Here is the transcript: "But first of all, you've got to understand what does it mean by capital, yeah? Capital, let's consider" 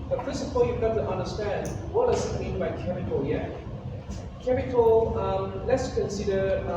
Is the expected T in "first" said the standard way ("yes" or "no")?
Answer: no